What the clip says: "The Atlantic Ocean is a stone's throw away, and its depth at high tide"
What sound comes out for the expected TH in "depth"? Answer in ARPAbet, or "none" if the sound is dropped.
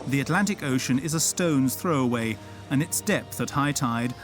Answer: TH